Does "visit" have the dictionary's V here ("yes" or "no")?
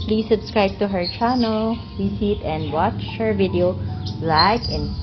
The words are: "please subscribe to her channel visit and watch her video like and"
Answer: no